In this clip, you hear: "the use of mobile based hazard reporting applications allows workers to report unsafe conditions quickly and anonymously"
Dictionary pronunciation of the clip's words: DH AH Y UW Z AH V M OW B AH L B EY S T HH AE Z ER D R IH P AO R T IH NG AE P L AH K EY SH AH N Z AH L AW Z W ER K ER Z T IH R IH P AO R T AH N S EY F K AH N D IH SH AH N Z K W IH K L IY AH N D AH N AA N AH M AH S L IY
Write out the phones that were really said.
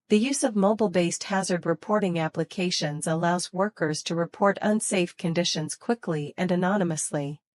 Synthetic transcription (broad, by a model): DH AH Y UW Z AH V M OW B L B EY S T HH AE Z ER D R IH P AO R T IH NG AE P L AH K EY SH AH N Z AH L AW Z W ER K ER Z T IH R IH P AO R T AH N S EY F K AH N D IH SH AH N Z K W IH K L IY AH N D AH N AA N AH M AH S L IY